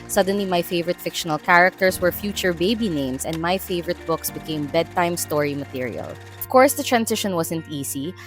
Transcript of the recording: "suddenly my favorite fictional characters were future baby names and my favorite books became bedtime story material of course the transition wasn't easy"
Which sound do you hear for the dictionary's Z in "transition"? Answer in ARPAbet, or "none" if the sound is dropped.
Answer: S